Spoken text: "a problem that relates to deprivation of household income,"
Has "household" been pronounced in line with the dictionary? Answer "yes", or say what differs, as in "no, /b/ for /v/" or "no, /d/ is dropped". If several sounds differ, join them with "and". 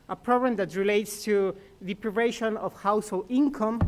no, /d/ is dropped